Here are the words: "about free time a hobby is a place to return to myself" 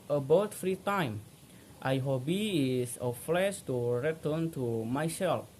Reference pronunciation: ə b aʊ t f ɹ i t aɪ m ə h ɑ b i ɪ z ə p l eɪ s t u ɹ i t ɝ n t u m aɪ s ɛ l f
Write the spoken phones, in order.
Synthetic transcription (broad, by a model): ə b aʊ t f ɹ i t aɪ m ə h ɑ b i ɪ s ə f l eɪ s t u ɹ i t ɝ n t u m aɪ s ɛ l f